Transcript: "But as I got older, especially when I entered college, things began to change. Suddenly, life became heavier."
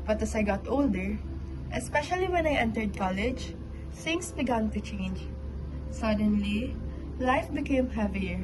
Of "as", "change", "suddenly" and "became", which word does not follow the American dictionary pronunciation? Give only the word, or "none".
as